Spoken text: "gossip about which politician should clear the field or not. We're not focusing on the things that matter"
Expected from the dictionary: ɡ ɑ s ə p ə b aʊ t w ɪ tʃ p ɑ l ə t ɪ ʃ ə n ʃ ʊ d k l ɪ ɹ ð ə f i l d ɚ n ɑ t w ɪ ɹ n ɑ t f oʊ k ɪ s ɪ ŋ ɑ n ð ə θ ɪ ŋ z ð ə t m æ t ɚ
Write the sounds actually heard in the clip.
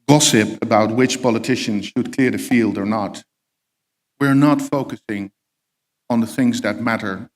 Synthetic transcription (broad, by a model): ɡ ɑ s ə p ə b aʊ t w ɪ tʃ p ɑ l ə t ɪ ʃ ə n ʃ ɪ d k l ɪ ɹ ð ə f i l d ɚ n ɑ t w ɪ ɹ n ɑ t f oʊ k ɪ s ɪ ŋ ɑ n ð ə θ ɪ ŋ z ð ə t m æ t ɚ